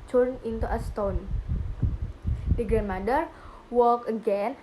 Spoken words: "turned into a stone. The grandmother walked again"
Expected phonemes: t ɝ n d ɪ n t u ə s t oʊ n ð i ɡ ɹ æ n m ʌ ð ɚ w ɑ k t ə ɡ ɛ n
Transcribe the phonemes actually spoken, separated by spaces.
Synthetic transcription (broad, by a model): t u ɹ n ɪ n t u ə s t oʊ n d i ɡ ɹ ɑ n m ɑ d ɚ w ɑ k ə ɡ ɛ n